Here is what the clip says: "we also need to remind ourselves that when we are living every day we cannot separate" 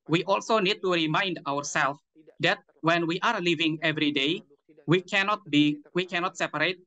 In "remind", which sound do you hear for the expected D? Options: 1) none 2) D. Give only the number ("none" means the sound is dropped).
2